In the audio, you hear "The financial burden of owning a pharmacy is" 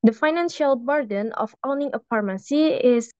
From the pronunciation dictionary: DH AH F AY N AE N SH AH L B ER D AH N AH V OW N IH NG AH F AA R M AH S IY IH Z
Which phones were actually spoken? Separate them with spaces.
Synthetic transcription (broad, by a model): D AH F AY N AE N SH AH L B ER D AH N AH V OW N IH NG AH P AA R M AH S IY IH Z